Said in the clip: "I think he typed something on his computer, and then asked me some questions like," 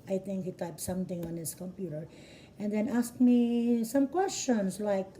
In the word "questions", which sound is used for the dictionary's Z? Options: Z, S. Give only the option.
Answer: S